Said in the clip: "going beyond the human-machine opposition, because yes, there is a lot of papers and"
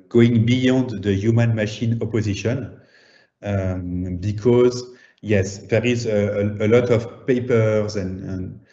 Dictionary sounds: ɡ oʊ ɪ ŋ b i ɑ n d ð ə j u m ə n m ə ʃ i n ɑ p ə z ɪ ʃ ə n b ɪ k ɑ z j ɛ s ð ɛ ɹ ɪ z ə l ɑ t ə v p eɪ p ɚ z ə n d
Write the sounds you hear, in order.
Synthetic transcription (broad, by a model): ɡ oʊ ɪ ŋ b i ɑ n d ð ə j u m ə n m ə ʃ i n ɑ p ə z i ʃ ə n b ɪ k ɑ z j ɛ s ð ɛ ɹ ɪ z ə l ɑ t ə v p eɪ p ɚ z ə n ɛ